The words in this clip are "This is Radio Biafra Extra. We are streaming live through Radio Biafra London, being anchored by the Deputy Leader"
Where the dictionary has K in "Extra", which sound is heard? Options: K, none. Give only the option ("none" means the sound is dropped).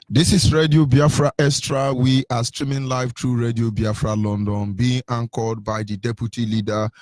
none